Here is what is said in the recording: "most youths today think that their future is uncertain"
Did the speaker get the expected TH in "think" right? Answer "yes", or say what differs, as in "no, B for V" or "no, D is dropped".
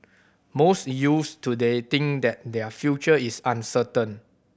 no, T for TH